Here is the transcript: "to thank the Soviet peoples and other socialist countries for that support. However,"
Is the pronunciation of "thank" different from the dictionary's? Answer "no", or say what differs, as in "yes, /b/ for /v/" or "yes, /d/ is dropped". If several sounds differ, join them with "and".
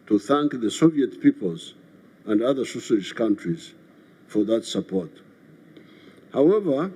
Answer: no